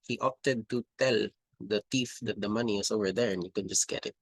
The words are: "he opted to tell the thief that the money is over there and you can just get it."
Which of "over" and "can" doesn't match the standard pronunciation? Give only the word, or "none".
none